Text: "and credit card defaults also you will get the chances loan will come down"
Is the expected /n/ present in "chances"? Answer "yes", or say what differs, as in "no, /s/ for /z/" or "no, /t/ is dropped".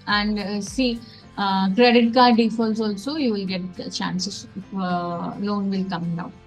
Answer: no, /n/ is dropped